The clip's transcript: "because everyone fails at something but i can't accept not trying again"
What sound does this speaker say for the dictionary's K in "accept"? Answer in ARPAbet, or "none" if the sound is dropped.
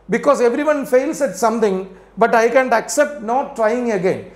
K